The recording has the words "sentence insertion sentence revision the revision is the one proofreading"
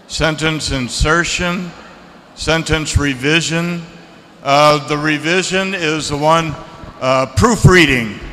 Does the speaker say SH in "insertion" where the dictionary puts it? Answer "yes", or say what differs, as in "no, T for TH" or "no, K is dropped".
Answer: yes